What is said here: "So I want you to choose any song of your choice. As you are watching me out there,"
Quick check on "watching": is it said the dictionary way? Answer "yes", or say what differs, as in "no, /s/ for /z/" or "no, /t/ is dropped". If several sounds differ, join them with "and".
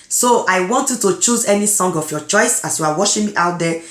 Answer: no, /ʃ/ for /tʃ/